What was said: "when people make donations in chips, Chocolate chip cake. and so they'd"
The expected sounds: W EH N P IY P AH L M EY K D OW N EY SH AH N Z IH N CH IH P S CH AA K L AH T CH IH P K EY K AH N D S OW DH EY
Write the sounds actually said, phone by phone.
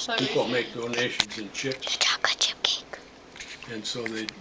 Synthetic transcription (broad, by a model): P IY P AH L M EY K D OW N EY SH AH N Z IH N CH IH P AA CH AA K AH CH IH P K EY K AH N S OW DH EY